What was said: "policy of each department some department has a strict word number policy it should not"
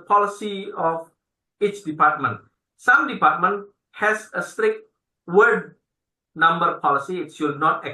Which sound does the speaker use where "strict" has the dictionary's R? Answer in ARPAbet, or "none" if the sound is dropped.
R